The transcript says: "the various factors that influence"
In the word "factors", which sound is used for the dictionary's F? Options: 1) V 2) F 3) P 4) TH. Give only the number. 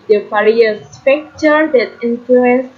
3